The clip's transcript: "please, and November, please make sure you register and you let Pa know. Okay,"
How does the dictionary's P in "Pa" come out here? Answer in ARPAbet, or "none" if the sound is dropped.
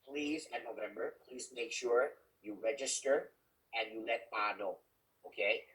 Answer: B